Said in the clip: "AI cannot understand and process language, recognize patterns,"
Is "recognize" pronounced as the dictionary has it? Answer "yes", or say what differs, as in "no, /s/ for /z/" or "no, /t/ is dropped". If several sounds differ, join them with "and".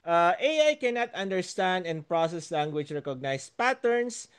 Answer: no, /s/ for /z/